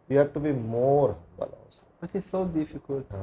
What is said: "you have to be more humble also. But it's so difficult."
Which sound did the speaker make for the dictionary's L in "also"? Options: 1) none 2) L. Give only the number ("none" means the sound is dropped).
1